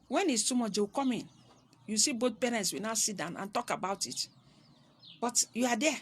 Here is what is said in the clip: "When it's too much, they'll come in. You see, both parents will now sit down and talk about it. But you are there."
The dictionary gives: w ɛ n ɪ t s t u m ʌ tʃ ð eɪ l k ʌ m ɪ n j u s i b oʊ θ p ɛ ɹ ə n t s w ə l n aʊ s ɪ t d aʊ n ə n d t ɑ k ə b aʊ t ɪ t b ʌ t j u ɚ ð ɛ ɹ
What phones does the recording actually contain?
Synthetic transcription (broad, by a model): w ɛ n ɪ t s t u m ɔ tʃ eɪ k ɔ m ɪ n j u s i b oʊ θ p ɛ ɹ ə n t s w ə n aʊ s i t d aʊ n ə n t ɑ k ə b aʊ t ɪ t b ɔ t j u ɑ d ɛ